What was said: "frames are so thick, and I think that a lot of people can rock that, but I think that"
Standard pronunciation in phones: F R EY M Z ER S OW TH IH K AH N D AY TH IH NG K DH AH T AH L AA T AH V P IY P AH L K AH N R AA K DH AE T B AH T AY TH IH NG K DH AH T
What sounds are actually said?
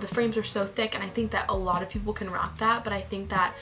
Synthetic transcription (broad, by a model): F R EY M Z ER S OW TH IH K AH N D AY TH IH NG K DH AH T AH L AA T AH V P IY P L K AH N R AA K DH AE T B AH T AY TH IH NG K DH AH T